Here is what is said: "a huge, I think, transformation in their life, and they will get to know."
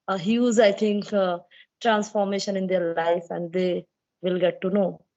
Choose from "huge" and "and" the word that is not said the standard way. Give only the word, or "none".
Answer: huge